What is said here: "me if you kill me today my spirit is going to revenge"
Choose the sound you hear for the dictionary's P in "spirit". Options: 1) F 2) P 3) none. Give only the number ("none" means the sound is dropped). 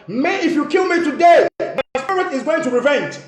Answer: 3